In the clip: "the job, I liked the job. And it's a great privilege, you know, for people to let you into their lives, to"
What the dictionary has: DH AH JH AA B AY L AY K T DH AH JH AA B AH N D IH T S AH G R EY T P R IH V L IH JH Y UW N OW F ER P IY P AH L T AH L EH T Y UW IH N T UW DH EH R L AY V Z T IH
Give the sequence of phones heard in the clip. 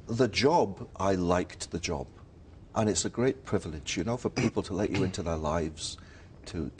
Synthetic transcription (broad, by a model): DH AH JH AA B AY L AY K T DH AH JH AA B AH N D IH T S AH G R EY T P R IH V L IH JH Y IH N OW F ER P IY P L T AH L EH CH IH IH N T UW DH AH R L AY V Z T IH